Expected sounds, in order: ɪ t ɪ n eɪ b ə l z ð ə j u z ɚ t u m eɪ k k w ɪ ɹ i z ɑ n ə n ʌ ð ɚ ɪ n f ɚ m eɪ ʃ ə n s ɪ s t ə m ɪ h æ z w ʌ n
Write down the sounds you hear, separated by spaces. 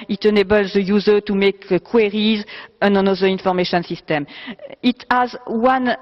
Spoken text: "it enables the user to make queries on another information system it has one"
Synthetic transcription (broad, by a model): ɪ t ɪ n eɪ b ə l z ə j u z ɚ t u m eɪ k k w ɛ ɹ i z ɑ n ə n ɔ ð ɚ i n f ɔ m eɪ ʃ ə n s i s t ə m ɪ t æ z w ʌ n